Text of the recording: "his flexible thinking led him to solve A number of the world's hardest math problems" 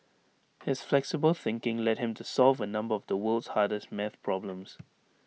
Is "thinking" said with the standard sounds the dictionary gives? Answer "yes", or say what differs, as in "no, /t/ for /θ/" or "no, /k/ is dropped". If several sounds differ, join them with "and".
yes